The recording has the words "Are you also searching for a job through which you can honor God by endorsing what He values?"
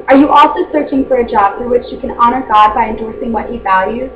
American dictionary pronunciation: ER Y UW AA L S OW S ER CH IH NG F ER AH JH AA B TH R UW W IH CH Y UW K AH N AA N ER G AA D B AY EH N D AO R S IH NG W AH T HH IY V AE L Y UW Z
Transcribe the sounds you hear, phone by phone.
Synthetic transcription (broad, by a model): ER Y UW AA L S OW S ER CH IH NG F ER AH JH AA B F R W IH CH Y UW K AH N AA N ER G AA D B AY EH N D AO R S IH NG W AH T HH IY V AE L Y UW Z